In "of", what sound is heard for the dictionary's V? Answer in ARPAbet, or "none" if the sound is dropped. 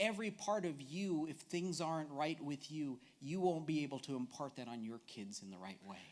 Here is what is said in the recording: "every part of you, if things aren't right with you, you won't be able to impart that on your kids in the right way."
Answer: V